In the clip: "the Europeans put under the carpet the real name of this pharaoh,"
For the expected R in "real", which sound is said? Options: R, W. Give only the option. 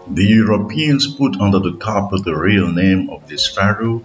R